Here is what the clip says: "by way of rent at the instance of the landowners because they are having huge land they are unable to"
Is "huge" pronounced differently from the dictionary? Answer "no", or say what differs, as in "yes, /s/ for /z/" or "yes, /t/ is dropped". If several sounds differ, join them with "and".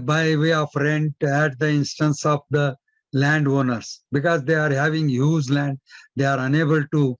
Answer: yes, /z/ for /dʒ/